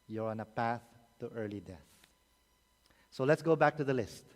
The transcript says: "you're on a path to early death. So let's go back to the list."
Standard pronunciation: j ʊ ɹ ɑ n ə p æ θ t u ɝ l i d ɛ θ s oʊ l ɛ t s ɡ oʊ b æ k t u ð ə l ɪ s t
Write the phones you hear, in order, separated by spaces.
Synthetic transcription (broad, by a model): j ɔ ɹ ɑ n ə p æ θ t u ɝ l i d ɛ θ s oʊ l ɛ t s ɡ oʊ b æ k t u ð ə l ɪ s t